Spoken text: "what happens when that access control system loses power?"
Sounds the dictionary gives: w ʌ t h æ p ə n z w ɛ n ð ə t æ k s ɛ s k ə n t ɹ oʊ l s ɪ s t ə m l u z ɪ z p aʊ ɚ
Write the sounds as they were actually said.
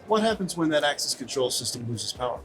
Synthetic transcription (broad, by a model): w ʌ t h æ p ə n z w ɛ n ð ə t æ k s ɛ s k ə n t ɹ oʊ l s ɪ s t ə m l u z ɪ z p aʊ ɚ